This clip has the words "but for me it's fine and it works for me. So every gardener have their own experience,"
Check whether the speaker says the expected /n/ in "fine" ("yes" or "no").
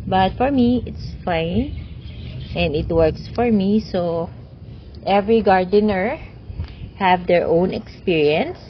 yes